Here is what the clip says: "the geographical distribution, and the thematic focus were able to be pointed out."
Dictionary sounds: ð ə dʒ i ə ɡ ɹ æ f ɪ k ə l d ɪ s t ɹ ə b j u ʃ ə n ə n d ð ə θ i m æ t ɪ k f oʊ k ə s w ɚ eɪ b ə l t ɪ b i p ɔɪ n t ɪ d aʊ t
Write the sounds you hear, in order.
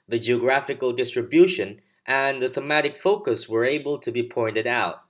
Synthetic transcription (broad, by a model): ð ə dʒ i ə ɡ ɹ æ f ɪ k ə l d ɪ s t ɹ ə b j u ʃ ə n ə n ð ə θ i m æ t ɪ k f oʊ k ə s w ɚ eɪ b ə l t ɪ b i p ɔɪ n t ɪ d aʊ t